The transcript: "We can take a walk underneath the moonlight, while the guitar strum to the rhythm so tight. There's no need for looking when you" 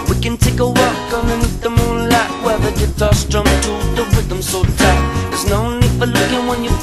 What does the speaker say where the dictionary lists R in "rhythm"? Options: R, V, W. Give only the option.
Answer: W